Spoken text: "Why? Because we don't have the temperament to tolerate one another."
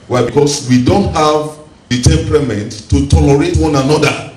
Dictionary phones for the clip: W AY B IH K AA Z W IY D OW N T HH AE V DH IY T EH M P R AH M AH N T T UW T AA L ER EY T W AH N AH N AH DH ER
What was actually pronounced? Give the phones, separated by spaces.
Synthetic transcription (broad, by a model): W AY B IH K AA S W IY D OW N T HH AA V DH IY T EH M P R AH M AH N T T UW T AA L ER EY T W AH N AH N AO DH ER